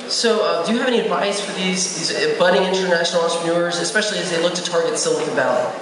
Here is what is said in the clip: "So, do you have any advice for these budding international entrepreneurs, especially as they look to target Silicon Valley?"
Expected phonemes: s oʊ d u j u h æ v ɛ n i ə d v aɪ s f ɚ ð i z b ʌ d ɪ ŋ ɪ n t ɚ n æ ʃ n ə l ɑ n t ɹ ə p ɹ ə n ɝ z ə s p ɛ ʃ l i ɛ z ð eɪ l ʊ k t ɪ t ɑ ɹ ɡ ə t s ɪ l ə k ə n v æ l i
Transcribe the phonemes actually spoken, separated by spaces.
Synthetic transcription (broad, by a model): s oʊ d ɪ j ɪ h v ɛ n i ə d v aɪ s f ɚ ð i z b ʌ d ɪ ɪ n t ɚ n æ ʃ n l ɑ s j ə ɹ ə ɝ z ə s p ɛ ʃ l i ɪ z ð eɪ l ʊ k t ɪ t ɑ ɹ ɡ ə t s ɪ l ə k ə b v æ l